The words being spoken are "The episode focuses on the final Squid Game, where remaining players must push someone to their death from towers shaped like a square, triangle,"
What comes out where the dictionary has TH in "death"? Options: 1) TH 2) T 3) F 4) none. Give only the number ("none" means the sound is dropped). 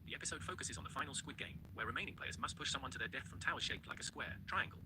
1